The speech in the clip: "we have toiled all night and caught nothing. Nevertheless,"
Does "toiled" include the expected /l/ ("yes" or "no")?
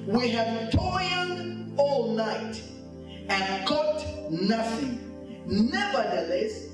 no